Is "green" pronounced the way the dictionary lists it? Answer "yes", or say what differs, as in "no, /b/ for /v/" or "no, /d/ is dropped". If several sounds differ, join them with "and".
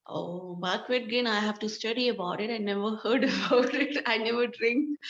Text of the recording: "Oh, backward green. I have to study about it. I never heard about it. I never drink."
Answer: no, /ɹ/ is dropped